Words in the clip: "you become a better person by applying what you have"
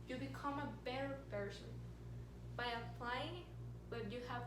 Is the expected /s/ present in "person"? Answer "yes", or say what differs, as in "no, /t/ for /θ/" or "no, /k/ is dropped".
no, /ʃ/ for /s/